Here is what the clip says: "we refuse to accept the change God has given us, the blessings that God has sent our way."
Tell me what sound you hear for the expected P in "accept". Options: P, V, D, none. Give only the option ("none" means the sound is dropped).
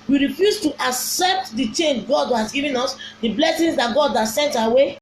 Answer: P